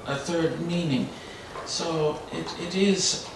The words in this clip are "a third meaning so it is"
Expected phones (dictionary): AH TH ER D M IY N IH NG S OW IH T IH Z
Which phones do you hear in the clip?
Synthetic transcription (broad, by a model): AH TH ER D M IY N IH NG S OW IH T IH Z